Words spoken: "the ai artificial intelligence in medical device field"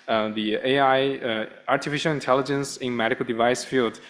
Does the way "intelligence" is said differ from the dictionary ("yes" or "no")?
no